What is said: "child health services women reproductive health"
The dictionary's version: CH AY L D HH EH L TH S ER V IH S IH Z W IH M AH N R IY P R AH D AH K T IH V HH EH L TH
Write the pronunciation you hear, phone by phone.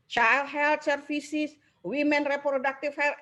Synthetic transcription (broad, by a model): CH AY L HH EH L T S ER F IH S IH S W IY M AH N R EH P R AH D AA K T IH F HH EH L